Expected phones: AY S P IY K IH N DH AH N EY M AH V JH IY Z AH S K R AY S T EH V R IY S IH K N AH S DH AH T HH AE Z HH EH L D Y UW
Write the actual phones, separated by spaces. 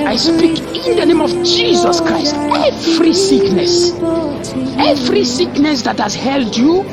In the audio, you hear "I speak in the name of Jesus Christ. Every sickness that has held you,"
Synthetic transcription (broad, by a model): AY S P IY K IH N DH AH N EY M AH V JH IY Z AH S K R AY S T EH V R IY S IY K N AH S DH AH T HH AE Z HH EH L D Y UW